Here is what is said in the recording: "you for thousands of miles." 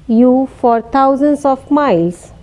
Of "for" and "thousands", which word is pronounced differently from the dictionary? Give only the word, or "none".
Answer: thousands